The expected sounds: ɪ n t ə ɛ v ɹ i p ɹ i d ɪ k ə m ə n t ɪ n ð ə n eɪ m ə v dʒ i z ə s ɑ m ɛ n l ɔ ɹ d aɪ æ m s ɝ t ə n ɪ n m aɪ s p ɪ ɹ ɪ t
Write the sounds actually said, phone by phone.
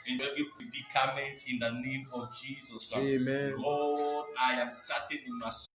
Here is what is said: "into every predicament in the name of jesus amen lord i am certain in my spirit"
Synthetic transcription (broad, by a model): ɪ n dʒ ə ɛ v i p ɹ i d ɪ k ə m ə n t ɪ n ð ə n eɪ m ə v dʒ i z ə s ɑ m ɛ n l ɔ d aɪ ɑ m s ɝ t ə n ɪ n m aɪ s